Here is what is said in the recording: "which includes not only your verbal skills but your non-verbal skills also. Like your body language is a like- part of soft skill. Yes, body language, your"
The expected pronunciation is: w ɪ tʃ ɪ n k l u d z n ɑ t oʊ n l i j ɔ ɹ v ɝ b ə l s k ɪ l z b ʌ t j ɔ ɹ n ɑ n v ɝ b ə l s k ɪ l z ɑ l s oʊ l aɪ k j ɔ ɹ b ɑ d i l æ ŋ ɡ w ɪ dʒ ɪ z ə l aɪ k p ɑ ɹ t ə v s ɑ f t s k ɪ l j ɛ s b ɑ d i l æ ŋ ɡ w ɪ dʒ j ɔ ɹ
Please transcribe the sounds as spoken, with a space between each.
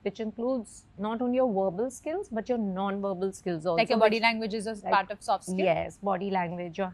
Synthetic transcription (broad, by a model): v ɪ tʃ ɪ n k l u d z n ɑ t oʊ n l i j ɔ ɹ v ɝ b ə l s k ɪ l z b ʌ t j ɔ ɹ n ɑ n v ɝ b ə l s k ɪ l z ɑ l ɑ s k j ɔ b ɑ d i l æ ŋ ɡ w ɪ dʒ ɪ z ə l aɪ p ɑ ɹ t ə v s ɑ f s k j ɛ s b ɑ d i l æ ŋ ɡ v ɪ dʒ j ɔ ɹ